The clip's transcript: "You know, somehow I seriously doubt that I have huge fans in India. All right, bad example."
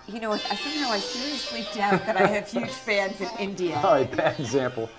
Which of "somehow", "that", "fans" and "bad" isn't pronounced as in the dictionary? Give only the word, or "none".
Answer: somehow